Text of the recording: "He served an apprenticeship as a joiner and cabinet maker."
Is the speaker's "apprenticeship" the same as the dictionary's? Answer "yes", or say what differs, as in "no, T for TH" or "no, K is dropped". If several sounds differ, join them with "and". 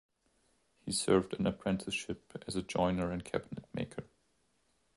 yes